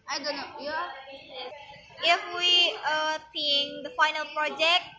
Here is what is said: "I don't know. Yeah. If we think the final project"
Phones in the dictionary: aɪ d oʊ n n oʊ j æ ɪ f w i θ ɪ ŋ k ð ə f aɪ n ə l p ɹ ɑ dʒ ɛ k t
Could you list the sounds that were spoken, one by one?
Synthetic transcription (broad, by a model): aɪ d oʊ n n oʊ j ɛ ɪ f w i s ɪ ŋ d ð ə f aɪ n ə l p ɹ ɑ dʒ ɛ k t